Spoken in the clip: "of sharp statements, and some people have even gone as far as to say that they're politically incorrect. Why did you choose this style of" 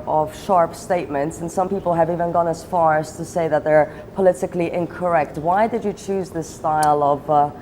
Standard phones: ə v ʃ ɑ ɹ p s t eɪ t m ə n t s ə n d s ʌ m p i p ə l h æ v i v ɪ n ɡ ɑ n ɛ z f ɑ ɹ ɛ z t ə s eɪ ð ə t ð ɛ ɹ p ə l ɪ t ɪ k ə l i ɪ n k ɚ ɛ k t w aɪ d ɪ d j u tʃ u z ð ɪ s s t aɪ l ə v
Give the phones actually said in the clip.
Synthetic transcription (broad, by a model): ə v ʃ ɑ ɹ p s t eɪ t m ə n t s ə n s ʌ m p i p ə l h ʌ v i v ɪ n ɡ ɑ n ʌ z f ɑ ɹ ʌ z t ə s eɪ ð ə t ð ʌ ɹ p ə l ɪ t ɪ k l i ɪ n k ɚ ɛ k t w aɪ d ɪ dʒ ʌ tʃ u z ð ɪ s s t aɪ l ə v